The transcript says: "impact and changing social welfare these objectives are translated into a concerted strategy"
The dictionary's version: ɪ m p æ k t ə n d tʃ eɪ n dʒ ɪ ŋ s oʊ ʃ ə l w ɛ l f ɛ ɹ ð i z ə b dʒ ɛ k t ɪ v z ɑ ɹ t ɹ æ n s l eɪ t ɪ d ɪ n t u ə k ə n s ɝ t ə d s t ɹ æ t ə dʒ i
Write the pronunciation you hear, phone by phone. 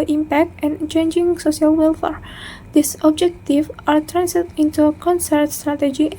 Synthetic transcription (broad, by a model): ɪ m p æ k t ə n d tʃ eɪ n dʒ ɪ ŋ s oʊ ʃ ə l w ɛ l f ɛ ɹ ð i s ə b dʒ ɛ k t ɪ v ɑ ɹ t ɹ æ n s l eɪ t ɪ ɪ n t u ə k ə n s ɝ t s t ɹ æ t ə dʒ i